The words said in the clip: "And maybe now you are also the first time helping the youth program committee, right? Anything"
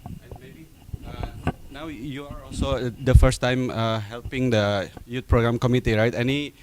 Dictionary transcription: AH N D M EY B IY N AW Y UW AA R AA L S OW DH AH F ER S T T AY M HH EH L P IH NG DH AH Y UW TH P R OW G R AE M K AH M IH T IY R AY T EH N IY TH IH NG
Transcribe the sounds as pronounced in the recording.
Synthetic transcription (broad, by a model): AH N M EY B IY N AW Y UW AA R AA L S OW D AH F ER S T T AY M HH EH L P IH NG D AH Y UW T P R OW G R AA M K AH M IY T IY R AY T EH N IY